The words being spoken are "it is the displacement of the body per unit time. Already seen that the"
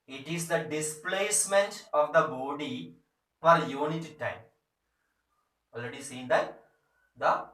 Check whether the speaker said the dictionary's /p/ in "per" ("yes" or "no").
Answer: no